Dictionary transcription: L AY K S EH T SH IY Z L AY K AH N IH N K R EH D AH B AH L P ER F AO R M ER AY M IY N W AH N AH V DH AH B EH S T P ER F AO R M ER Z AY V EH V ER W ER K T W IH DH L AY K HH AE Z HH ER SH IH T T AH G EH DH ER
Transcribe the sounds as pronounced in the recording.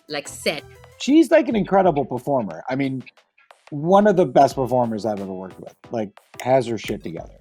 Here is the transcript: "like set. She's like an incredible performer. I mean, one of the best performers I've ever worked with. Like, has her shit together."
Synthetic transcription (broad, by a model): L AY K S EH T SH IY Z L AY K AH N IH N K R EH D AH B L P ER F AO R M ER AY M IY N W AH N AH V DH AH B EH S T P ER F AO R M ER Z AY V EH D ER W ER K W IH DH L AY K HH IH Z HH ER SH IH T T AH G EH DH ER